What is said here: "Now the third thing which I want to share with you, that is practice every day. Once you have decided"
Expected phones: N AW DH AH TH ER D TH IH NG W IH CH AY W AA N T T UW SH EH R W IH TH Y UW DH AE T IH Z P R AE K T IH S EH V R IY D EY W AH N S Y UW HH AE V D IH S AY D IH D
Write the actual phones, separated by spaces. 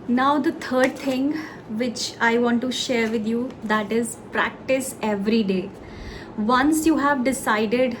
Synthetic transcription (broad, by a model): N AW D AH T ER D T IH NG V IH CH AY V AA N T T UW SH EH R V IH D Y UW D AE T IH Z P R AE K T IH S EH V R IY D EY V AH N S Y UW HH AE V D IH S AY D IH D